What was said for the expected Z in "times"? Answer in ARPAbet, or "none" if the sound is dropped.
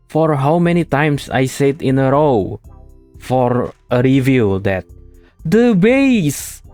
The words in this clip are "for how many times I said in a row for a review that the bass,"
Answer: S